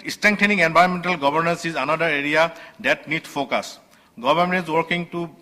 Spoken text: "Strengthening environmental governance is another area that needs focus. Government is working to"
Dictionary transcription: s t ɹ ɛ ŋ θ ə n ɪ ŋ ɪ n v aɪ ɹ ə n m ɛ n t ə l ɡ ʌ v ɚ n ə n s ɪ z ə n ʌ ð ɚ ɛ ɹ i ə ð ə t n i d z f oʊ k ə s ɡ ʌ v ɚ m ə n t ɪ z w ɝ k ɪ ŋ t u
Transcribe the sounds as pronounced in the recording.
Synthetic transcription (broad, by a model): s t ɹ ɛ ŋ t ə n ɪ ŋ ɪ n b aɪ ə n m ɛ n t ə l ɡ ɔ b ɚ n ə n s ɪ z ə n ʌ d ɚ ɛ ɹ i ə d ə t n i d f oʊ k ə s ɡ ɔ b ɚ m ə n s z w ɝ k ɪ ŋ t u